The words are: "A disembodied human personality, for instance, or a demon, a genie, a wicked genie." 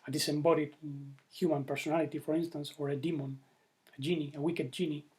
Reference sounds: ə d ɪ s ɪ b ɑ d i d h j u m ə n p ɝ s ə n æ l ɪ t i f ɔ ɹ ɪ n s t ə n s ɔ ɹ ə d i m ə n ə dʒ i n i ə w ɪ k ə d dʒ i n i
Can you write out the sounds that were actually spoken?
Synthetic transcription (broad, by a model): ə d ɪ s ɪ b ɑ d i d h j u m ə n p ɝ s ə n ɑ l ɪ t i f ɔ ɹ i n s t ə n s ɔ ɹ ə d i m ə n ə dʒ i n i ə w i k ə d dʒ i n i